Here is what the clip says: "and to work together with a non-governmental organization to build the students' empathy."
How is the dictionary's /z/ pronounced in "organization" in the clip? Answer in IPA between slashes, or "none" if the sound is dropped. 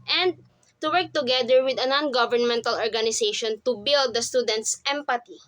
/s/